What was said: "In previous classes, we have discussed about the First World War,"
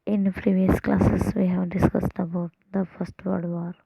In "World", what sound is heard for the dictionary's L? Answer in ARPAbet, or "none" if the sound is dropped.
none